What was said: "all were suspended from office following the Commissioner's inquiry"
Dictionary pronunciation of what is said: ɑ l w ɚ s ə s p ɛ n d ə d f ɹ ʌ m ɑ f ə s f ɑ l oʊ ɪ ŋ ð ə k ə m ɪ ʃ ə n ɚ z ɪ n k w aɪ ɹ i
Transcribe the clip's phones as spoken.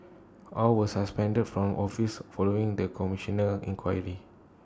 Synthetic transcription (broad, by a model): ɑ l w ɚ s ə s p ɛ n d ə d f ɹ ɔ m ɑ f ə s f ɑ l oʊ ɪ ŋ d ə k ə m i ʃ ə n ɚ ɪ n k w aɪ ɹ i